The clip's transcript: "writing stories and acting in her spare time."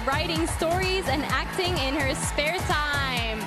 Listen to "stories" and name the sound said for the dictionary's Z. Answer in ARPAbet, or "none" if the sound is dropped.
Z